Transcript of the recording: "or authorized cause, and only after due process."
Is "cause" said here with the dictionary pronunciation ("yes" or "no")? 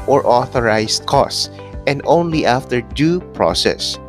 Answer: no